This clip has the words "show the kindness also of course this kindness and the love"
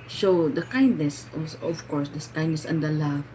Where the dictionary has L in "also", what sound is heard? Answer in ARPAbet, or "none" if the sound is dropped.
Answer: none